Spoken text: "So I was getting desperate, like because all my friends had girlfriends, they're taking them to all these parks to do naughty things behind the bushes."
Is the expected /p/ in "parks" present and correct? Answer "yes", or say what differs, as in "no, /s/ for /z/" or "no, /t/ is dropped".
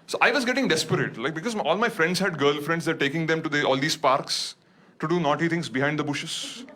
yes